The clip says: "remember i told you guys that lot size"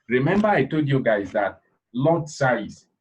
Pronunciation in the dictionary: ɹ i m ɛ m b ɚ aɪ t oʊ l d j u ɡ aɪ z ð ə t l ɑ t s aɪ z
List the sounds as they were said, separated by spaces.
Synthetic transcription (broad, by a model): ɹ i m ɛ m b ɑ aɪ t oʊ l d j u ɡ aɪ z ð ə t l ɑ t s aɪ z